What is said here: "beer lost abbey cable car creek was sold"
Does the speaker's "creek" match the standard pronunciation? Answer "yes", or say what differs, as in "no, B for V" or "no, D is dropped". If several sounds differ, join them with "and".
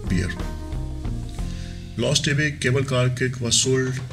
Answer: no, R is dropped